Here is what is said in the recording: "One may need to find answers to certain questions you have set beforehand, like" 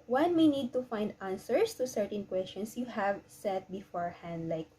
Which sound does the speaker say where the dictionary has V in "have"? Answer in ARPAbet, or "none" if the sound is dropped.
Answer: V